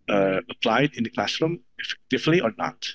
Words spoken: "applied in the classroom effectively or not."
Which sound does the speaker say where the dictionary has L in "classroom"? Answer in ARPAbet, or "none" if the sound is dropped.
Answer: L